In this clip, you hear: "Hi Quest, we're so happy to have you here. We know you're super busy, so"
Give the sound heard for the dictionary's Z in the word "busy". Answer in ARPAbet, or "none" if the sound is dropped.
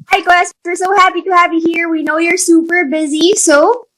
Z